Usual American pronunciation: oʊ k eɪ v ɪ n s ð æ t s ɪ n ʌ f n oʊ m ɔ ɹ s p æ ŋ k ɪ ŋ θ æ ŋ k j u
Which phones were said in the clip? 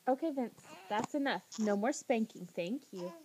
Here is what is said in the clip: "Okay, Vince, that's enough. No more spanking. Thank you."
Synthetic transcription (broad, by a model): oʊ k eɪ v ɪ n s ð æ t s ɪ n ʌ f n oʊ m ɔ ɹ s p æ ŋ k ɪ ŋ θ æ ŋ k j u